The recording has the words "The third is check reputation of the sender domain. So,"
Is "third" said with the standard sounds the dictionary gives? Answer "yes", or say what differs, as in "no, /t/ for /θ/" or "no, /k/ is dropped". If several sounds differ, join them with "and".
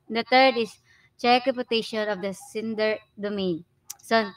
no, /t/ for /θ/